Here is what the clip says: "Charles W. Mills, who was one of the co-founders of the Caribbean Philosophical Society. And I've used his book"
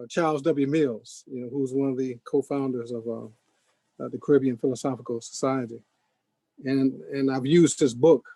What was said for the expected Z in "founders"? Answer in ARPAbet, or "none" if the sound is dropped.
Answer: Z